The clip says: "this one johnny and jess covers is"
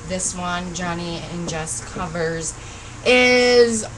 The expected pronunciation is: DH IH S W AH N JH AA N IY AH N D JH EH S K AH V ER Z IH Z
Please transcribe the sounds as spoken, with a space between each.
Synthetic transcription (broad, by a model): DH IH S W AH N JH AA N IY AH N JH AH S K AH V ER Z IH Z